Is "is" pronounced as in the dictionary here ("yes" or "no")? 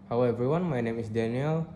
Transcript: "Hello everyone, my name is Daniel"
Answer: no